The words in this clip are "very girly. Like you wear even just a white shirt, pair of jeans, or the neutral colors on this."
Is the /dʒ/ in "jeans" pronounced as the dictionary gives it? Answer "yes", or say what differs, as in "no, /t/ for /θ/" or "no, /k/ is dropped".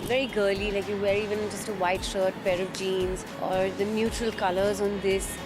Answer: yes